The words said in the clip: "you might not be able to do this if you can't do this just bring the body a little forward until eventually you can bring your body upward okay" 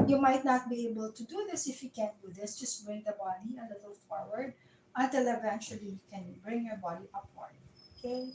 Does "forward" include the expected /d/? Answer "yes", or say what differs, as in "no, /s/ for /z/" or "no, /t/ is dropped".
yes